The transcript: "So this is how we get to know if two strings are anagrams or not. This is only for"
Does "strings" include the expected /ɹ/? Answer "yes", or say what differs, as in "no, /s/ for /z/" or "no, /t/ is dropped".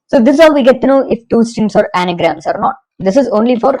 no, /ɹ/ is dropped